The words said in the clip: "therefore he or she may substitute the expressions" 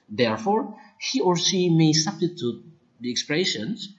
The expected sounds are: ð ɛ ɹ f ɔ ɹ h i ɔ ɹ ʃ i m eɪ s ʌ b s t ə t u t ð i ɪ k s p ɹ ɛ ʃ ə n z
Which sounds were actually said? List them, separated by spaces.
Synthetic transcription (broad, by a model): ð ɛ ɹ f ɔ ɹ h i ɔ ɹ s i m eɪ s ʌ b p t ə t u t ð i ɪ k s p ɹ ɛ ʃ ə n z